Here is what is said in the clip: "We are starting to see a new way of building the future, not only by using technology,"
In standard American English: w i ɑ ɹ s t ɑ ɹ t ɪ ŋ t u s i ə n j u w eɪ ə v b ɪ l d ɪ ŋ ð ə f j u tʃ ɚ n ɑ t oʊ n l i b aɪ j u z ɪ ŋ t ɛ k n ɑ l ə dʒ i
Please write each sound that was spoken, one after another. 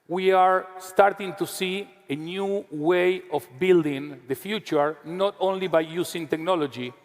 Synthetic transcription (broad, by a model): w i ɑ ɹ s t ɑ ɹ t ɪ ŋ t u s i ə n j u w eɪ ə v b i l d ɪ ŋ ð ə f j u tʃ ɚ n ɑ t oʊ n l i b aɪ j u s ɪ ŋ t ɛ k n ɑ l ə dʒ i